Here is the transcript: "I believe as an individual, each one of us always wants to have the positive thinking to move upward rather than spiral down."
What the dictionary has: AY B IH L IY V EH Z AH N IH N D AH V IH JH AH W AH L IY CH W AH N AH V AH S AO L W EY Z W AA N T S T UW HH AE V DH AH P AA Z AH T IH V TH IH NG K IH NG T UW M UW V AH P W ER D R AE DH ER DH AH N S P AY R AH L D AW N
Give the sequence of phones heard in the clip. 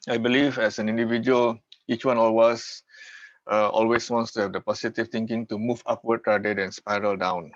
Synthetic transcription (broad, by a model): AY B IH L IY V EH S AH N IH N D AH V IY JH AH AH L IY CH W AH N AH W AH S AO L W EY S W AA N T S T UW HH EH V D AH P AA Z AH T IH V T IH NG K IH NG T UW M UW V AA P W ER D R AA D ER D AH N S P AY R AH L D AW N